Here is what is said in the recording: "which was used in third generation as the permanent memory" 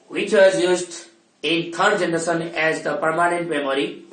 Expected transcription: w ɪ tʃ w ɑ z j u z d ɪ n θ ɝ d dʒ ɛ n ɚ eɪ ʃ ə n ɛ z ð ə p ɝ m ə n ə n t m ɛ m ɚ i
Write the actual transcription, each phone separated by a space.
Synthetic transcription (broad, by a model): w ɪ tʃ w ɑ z j u z d ɪ n t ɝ d dʒ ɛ n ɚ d s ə n ɛ z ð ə p ɝ m ə n ə n t m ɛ m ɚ i